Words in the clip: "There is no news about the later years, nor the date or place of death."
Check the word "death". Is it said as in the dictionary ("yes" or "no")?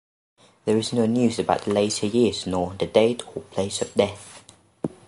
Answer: yes